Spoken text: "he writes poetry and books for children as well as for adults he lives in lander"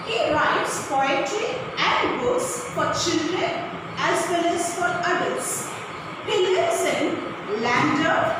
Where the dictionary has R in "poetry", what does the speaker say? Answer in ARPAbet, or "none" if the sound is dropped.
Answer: none